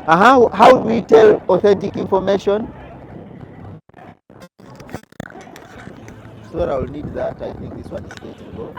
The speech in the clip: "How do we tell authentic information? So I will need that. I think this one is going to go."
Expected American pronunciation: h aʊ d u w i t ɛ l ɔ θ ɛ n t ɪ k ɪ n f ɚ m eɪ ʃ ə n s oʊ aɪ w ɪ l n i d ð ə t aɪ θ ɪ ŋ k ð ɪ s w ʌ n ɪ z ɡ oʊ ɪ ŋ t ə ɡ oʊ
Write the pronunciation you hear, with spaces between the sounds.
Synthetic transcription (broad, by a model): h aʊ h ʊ w i t ɛ l ɔ θ ɛ n t ɪ k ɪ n f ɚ m eɪ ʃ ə n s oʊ aɪ w ɪ l n i d ð ə t aɪ θ ɪ ŋ k ð ɪ s w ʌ n ɪ z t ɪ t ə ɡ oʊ